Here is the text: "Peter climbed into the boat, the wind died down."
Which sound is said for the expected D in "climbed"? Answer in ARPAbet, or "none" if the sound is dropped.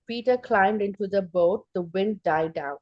D